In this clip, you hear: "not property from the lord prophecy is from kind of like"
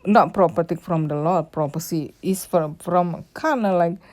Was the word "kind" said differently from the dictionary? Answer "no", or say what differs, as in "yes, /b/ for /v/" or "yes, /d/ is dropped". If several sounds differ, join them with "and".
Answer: yes, /d/ is dropped